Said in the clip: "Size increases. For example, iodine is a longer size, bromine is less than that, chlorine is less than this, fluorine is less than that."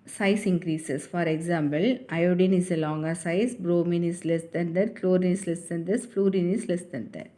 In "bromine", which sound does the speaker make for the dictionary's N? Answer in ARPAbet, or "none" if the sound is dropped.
N